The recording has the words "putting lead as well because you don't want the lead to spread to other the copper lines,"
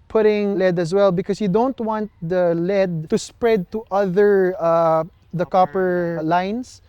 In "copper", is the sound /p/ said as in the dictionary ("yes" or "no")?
yes